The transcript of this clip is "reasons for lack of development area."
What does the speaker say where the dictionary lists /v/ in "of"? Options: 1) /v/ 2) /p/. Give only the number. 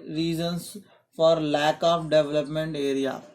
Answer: 2